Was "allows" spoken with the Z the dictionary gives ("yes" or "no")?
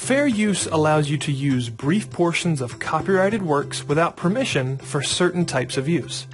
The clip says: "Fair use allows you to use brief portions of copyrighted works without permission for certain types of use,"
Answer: yes